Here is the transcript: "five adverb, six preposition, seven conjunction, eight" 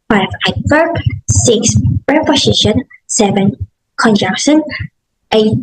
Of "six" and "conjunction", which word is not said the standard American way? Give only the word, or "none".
conjunction